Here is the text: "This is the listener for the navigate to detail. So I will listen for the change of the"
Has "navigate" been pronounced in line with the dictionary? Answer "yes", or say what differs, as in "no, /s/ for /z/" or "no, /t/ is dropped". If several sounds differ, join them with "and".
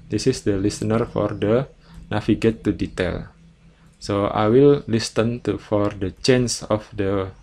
no, /f/ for /v/